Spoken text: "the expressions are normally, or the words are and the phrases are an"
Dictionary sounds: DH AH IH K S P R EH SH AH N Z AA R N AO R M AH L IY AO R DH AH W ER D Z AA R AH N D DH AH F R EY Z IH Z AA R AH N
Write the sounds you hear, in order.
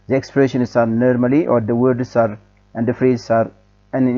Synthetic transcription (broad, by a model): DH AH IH K S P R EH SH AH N S AA R N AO R M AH L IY AO R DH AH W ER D S AA R AH N D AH F R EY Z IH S AA R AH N